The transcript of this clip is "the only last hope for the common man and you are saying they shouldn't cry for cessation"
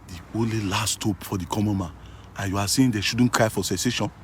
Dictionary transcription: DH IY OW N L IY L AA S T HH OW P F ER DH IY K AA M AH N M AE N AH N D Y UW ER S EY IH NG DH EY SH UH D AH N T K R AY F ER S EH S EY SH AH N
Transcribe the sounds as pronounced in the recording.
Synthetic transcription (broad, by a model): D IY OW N L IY L AA S T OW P F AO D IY K AA M AH N M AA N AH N Y UW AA S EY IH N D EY SH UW D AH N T K R AY F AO S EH S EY SH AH N